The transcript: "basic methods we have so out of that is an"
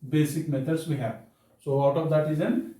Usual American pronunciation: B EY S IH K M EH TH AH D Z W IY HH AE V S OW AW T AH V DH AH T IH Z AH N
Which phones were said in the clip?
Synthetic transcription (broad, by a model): B EY S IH K M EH T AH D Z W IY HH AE S OW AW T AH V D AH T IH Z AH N